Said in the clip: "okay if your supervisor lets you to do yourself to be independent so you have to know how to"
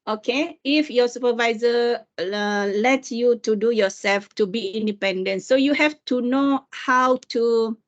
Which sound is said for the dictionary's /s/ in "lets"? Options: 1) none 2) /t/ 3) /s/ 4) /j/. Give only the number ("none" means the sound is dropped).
1